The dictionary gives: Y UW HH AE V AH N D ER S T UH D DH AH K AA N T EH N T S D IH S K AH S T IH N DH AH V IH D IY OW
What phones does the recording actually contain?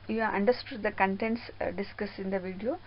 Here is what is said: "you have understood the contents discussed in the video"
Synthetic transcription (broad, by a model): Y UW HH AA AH N D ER S T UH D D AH K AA N T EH N T S D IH S K AH S IH N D AH V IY D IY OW